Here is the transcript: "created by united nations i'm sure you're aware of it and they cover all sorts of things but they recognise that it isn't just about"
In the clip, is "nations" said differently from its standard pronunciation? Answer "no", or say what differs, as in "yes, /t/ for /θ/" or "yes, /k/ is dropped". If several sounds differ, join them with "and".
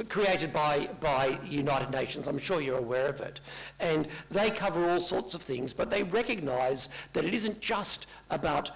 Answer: no